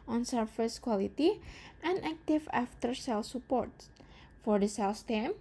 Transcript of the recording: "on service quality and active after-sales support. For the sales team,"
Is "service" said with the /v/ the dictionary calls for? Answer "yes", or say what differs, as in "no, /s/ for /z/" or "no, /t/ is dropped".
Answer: no, /f/ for /v/